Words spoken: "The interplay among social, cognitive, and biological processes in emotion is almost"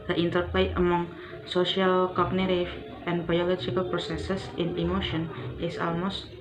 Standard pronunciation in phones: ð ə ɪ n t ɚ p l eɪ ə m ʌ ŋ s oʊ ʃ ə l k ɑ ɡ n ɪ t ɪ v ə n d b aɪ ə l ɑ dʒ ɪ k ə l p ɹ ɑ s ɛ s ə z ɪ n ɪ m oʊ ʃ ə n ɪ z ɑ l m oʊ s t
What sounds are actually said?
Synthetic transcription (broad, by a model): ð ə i n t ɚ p l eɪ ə m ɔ ŋ s oʊ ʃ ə l k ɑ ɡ n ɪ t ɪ f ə n b aɪ ə l ɑ dʒ ɪ k ə l p ɹ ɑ s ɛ s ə s ɪ n ɪ m oʊ ʃ ə n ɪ s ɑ l m oʊ s t